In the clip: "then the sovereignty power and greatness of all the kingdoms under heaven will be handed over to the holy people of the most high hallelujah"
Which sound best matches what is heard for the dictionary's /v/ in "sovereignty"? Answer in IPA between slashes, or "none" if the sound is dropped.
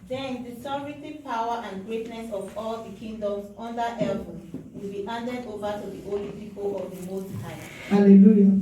none